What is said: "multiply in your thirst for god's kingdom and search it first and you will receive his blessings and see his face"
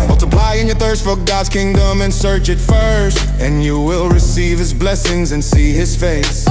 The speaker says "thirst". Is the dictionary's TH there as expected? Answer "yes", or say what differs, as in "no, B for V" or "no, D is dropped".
yes